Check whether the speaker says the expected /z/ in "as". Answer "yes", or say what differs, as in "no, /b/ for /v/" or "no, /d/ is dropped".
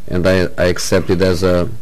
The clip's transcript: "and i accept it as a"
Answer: yes